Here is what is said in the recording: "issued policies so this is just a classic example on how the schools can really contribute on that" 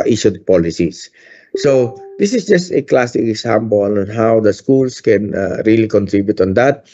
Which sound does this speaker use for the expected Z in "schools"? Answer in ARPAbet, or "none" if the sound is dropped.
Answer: S